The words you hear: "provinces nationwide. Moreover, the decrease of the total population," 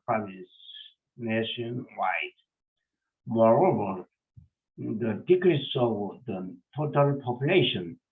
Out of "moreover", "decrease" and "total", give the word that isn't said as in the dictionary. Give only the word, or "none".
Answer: none